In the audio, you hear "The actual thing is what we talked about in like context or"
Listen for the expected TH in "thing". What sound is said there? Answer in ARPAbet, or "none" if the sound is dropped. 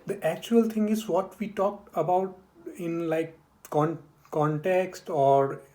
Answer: T